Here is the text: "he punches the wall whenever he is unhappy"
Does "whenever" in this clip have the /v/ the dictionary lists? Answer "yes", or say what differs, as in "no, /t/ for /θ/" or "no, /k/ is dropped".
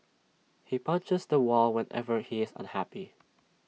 yes